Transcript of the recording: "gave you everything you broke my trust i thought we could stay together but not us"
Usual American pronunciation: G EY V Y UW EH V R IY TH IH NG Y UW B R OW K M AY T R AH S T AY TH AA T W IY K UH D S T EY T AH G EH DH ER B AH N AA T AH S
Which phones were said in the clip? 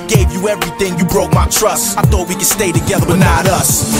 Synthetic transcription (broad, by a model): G EY V Y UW EH V R IY TH IH NG Y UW B R OW K M AY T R AH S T AY TH AA T W IY K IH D S T EY T AH G EH DH ER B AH N AA T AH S